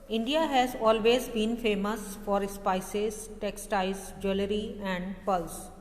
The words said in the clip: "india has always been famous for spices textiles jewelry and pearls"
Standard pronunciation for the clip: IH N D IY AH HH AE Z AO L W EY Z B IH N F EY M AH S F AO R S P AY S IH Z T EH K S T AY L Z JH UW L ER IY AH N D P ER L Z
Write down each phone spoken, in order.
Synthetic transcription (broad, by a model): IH N D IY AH HH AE Z AO L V EY Z B IH N F EY M AH S F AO R S P AY S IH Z T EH K S T AY Z JH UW L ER IY AH N D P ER L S